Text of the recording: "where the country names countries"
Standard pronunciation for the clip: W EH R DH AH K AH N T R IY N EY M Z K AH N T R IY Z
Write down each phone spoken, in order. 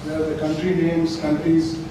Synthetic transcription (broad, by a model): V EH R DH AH K AH N T R IY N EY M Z K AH N T R IY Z